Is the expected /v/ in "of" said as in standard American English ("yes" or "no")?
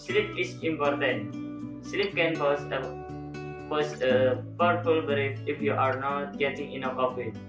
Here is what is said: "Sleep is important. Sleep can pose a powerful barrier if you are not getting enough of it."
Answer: no